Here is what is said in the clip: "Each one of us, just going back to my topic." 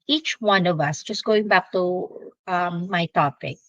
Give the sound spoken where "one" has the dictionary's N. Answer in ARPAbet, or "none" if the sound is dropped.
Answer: N